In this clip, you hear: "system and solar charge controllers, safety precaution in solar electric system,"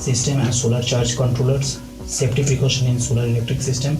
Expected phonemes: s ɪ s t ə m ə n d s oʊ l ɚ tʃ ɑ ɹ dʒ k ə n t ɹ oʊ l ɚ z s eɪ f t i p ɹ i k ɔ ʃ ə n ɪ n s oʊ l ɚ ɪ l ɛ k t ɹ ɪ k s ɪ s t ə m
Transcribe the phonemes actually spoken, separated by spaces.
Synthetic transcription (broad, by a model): s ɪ s t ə m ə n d s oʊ l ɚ tʃ ɑ ɹ dʒ k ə n t ɹ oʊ l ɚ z s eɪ p t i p i k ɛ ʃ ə n ɪ n s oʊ l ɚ ɪ l ɛ k t ɹ ɪ k s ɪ s t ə m